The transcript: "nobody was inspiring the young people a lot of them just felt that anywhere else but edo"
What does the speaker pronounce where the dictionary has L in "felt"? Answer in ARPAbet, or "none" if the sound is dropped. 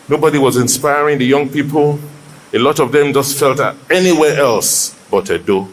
L